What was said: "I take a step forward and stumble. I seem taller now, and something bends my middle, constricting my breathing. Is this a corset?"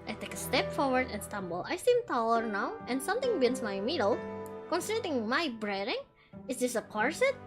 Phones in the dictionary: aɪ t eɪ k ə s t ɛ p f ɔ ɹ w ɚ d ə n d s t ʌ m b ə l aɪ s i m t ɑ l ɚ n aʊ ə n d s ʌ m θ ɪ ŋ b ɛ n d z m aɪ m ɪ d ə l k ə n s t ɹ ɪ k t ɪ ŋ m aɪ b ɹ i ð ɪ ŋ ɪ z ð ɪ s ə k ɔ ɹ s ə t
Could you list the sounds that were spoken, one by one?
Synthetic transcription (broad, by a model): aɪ t eɪ k ə s t ɛ p f ɔ ɹ w ɚ d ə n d s t ʌ m b ə l aɪ s i m t ɑ l ɚ n aʊ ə n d s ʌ m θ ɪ ŋ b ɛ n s m aɪ m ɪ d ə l k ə n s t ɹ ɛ t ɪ ŋ m aɪ b ɹ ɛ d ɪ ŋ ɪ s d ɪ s ə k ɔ ɹ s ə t